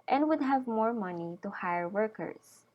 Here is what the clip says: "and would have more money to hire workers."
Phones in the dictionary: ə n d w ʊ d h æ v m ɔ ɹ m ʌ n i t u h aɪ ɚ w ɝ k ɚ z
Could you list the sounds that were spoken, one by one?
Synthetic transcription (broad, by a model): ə n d w ʊ d h æ v m ɔ ɹ m ʌ n i t u h aɪ ɚ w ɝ k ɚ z